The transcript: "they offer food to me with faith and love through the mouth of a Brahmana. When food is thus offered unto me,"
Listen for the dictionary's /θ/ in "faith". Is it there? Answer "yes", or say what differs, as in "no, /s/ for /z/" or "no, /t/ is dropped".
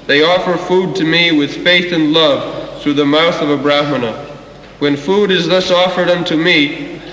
yes